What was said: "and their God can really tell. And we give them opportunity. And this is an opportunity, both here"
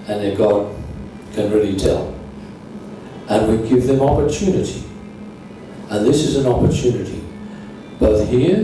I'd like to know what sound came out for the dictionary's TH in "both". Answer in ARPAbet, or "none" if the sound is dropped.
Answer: TH